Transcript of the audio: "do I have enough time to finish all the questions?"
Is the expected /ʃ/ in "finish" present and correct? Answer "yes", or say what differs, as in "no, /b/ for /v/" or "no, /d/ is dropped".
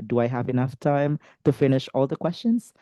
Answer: yes